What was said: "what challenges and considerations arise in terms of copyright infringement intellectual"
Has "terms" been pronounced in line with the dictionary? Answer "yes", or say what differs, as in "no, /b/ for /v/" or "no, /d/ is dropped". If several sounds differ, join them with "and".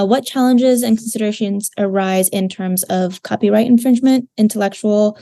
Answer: yes